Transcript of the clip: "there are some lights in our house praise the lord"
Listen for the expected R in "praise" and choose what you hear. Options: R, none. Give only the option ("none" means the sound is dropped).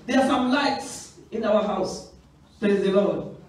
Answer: none